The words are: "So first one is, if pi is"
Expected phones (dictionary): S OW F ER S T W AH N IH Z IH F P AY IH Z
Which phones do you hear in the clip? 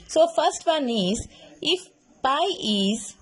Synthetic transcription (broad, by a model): S OW F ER S T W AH N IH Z IH F B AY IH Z